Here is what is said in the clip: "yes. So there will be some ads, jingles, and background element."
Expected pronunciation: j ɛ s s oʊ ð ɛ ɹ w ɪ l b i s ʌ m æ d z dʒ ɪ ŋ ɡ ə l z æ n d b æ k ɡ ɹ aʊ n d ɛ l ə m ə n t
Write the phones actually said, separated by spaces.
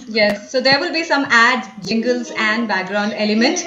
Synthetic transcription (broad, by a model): j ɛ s s oʊ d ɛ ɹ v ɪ l b i s ʌ m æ d dʒ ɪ ŋ ɡ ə l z æ n d b æ k ɡ ɹ aʊ n d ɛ l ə m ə n t